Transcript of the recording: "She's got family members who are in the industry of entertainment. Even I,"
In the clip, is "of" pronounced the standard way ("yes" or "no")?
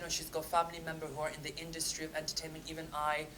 yes